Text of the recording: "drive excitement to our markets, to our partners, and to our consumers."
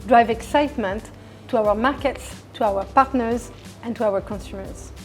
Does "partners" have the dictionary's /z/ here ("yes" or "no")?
yes